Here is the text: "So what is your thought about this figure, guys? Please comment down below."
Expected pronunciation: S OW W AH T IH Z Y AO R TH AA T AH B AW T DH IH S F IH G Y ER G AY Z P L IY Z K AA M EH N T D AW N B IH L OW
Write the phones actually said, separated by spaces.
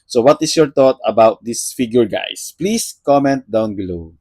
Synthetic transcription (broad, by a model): S OW W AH T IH S Y AO R T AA T AH B AW T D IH S F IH G Y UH G AY S P L IY S K AA M EH N T D AW N B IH L OW